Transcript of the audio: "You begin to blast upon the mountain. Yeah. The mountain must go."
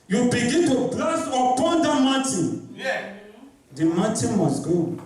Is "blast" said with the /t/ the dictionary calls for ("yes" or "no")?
no